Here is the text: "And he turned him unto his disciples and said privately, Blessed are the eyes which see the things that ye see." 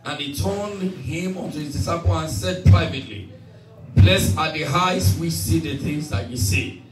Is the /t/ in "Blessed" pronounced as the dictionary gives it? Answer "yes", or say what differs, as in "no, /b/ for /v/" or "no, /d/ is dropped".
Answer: no, /t/ is dropped